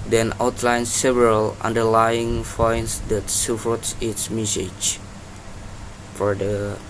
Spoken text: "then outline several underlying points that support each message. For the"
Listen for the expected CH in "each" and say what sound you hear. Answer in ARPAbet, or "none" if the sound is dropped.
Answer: S